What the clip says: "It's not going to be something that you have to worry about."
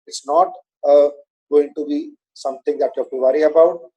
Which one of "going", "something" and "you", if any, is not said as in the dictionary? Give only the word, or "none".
something